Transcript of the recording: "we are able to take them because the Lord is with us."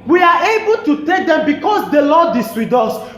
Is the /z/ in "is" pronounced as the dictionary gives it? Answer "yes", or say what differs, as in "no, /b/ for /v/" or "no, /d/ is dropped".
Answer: no, /s/ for /z/